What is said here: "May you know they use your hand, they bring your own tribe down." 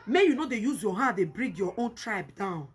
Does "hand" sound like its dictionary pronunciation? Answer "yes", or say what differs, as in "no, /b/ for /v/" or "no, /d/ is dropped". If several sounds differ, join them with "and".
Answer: no, /n/ is dropped